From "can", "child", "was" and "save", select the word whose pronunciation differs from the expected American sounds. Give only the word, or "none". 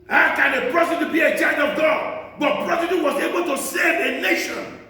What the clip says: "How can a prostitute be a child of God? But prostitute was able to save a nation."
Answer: child